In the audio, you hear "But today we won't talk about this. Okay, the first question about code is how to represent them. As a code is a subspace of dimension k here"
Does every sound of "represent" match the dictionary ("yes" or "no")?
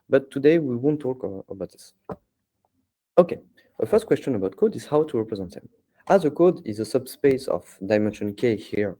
yes